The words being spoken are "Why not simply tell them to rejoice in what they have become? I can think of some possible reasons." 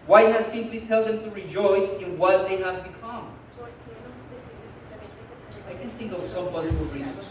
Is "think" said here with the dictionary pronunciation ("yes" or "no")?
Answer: yes